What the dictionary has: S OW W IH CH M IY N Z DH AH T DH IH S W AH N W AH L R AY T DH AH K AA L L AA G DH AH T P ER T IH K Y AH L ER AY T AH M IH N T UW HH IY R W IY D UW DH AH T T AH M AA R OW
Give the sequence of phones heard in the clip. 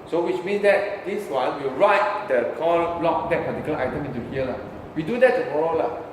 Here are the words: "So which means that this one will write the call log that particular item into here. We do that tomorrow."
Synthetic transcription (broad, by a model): S OW W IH CH M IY N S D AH T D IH S W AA N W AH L R AY T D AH K AA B L AA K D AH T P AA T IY K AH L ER AY T AH M IH N T UW HH IY L W IY D UW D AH T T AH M AA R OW